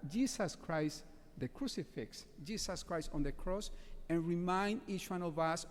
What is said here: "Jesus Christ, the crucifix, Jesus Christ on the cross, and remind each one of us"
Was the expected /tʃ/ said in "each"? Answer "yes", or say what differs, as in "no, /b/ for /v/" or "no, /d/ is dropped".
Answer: yes